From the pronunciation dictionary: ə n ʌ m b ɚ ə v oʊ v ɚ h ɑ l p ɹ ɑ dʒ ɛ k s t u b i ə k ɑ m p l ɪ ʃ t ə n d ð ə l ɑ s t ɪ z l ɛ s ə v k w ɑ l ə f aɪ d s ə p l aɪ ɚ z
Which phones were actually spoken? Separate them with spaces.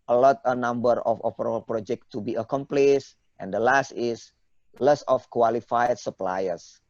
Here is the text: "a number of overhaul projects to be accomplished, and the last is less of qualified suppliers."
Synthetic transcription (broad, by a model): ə n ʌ m b ɚ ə f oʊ p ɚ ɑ l p ɹ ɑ dʒ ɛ k t u b i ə k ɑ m p l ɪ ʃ t ə n d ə l ɑ s t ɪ s l ɛ s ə f k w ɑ l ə f aɪ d s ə p l aɪ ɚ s